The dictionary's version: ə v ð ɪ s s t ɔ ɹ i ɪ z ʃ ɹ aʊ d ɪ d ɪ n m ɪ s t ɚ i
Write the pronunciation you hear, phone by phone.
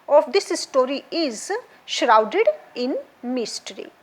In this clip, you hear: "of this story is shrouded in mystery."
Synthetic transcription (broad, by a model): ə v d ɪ s s t ɔ ɹ i ɪ z ʃ ɹ aʊ d ɪ d ɪ n m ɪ s t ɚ i